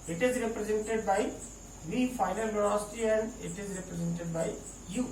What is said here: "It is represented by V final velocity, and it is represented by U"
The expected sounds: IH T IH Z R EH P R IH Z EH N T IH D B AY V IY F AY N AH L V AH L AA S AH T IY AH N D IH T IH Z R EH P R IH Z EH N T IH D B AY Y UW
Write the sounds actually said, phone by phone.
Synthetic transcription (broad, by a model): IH T IH Z R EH P R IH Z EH N T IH D B AY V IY F AY N AH L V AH N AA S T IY AH N D IH T IH Z R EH P R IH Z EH N T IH D B AY Y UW